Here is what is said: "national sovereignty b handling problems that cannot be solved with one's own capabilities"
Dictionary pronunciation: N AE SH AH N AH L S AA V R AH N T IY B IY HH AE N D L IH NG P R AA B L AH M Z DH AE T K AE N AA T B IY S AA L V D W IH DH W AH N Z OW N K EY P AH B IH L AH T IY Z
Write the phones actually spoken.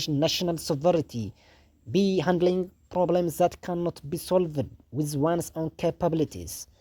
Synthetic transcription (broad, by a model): N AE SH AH N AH L S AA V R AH T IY B IY HH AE N D L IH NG P R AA B L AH M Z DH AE T K AE N AA T B IY S AA L V D W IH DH W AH N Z OW N K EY P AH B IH L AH T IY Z